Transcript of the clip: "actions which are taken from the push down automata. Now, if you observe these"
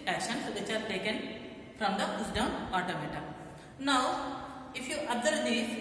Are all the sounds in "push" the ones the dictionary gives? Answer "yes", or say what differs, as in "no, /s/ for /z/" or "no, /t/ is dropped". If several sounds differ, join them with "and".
no, /s/ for /ʃ/